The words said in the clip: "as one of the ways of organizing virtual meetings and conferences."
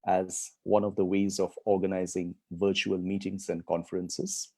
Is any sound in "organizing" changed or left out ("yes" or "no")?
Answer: no